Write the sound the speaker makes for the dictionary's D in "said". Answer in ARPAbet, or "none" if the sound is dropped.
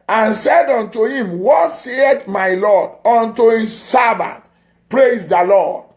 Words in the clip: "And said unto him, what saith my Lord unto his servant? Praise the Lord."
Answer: D